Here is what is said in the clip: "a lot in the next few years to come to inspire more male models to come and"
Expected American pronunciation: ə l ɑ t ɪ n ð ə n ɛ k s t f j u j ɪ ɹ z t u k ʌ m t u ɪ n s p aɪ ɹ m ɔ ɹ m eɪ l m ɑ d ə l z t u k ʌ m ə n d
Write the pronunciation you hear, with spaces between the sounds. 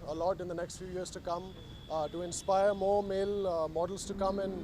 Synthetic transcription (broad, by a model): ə l ɑ t ɪ n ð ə n ɛ k s t f j u j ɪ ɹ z t u k ʌ m t u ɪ n s p aɪ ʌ m ɔ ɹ m eɪ l m ɑ d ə l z t u k ʌ m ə n